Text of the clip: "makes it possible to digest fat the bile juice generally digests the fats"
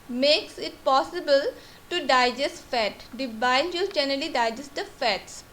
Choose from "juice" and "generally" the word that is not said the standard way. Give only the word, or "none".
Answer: juice